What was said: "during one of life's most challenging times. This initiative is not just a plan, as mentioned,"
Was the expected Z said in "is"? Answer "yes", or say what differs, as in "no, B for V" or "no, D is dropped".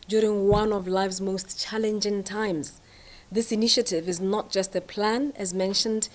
yes